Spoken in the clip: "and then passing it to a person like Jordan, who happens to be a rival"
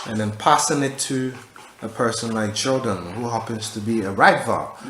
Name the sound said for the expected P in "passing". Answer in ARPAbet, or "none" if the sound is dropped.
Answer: P